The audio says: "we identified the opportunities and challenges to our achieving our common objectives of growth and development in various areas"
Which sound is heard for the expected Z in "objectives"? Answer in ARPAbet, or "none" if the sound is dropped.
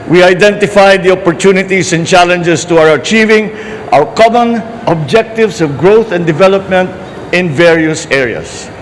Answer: S